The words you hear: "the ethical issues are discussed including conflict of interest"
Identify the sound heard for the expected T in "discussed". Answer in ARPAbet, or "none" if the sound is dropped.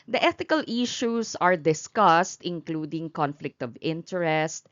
T